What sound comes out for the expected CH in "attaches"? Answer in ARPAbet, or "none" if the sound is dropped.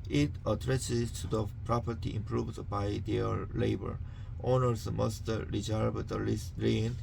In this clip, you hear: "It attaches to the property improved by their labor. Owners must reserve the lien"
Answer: S